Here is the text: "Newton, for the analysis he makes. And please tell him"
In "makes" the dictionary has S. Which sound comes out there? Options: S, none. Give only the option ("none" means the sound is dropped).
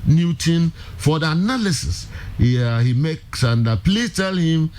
S